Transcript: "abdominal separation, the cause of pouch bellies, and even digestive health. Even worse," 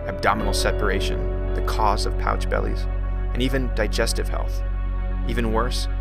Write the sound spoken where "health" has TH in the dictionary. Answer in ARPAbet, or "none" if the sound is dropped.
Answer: TH